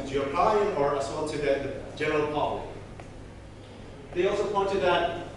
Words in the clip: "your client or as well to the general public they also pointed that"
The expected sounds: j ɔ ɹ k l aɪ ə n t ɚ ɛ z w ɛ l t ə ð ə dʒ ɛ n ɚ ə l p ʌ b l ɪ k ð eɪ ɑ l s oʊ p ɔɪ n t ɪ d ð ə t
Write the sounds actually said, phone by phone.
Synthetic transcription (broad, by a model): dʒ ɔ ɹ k aɪ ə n ɚ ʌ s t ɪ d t ð ə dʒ ɛ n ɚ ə l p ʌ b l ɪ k ð eɪ ɑ l s oʊ p ɔɪ n t ɪ d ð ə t